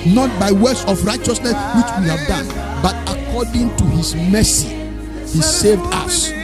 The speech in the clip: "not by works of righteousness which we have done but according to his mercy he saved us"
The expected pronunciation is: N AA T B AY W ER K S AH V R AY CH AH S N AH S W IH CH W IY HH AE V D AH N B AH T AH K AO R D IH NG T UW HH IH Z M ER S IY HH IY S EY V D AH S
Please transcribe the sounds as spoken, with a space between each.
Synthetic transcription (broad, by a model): N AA T B AY W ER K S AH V R AY CH AH S N AH S W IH CH W IY HH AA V D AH N B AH T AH K AO D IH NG T UW HH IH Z M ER S IY HH IY S EY V D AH S